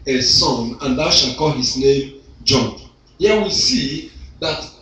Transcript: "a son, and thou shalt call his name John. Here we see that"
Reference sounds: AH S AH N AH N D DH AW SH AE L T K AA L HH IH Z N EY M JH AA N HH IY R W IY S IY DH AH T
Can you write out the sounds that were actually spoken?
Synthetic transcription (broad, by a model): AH S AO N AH N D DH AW SH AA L K AA L HH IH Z N EY M JH AA N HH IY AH W IY S IY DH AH T